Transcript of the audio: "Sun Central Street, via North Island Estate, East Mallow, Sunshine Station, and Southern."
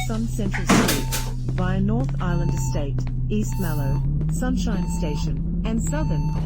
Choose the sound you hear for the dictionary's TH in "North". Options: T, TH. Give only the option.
TH